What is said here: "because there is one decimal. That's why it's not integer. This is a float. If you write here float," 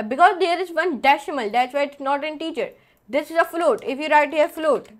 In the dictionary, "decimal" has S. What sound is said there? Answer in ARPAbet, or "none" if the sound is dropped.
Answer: SH